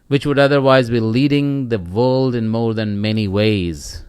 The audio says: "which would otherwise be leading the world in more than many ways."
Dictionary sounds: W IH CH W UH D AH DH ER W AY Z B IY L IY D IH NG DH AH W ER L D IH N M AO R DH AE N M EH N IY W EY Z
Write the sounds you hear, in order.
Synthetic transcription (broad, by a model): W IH CH W UH D AH DH ER W AY Z B IY L IY D IH NG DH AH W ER L D IH N M AO R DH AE N M EH N IY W EY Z